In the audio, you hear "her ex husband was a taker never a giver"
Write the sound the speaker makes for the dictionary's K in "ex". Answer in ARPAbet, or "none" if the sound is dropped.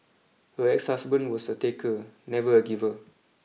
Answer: K